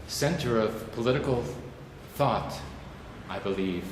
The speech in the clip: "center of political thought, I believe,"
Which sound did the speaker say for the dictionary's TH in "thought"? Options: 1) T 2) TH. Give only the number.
2